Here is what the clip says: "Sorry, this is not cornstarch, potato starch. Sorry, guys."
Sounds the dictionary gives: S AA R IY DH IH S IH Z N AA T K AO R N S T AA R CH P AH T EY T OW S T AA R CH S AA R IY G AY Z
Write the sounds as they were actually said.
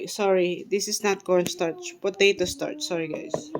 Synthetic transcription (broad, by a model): S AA R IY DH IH S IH S N AA T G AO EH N S T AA R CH B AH T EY T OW S T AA R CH S AA R IY G AY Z